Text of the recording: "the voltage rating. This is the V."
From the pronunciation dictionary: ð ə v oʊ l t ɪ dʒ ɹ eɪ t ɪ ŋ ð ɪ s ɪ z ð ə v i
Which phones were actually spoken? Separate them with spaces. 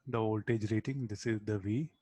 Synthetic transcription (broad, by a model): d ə v oʊ l t ɪ dʒ ɹ eɪ t ɪ ŋ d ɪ s ɪ z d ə v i